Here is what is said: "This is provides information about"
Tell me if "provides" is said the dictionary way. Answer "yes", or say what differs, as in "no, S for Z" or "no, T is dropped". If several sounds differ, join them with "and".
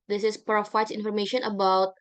no, F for V